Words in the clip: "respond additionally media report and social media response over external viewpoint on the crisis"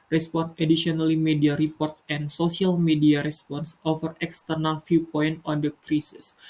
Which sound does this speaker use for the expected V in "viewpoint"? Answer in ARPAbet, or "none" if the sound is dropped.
F